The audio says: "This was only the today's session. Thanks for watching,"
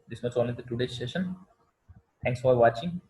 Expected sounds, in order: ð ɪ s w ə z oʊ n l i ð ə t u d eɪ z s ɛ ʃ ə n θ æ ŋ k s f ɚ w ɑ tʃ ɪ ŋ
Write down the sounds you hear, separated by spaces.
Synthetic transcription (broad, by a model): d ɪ s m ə s oʊ n l i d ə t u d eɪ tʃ s ɛ ʃ ə n t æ ŋ k s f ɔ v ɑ tʃ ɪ ŋ